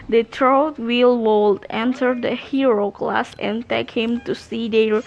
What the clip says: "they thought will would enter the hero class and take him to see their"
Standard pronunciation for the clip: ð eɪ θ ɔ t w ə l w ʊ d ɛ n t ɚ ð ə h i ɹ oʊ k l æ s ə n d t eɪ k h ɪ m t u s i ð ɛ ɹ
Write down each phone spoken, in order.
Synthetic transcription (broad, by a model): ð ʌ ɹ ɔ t w ə l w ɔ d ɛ n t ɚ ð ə h i ɹ oʊ k l æ s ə n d t eɪ k h ɪ m t u s i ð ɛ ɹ